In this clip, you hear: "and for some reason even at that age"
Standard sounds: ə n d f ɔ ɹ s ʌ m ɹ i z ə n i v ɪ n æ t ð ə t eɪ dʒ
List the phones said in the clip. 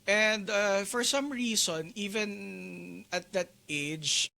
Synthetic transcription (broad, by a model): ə n d f ɔ ɹ s ʌ m ɹ i s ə n i v ɪ n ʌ t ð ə t eɪ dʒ